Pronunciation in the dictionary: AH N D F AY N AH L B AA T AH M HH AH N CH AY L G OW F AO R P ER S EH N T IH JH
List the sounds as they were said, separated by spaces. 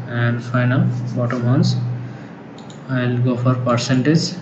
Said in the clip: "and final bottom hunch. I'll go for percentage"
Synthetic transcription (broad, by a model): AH N D F AY N AH L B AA T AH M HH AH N S AY L G OW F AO R P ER S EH N T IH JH